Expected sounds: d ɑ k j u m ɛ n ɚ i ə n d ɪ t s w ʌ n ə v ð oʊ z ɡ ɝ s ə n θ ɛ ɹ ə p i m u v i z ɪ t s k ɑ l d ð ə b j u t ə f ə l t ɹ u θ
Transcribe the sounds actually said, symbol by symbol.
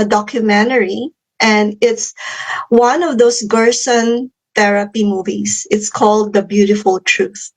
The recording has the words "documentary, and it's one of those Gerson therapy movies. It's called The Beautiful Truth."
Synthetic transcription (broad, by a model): d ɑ k j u m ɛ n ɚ i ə n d ɪ t s w ʌ n ə v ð oʊ s ɡ ɝ s ə n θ ɛ ɹ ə p i m u v i s ɪ t s k ɑ l d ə b j u t ə f ə l t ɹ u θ